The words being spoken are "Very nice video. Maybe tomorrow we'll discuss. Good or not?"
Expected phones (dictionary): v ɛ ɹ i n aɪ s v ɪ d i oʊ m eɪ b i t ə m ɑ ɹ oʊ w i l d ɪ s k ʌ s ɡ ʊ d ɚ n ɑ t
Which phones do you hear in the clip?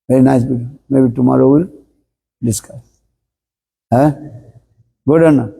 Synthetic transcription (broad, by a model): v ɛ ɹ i n aɪ s b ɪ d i m eɪ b i t ə m ɑ ɹ oʊ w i l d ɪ s k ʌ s ɡ ʊ d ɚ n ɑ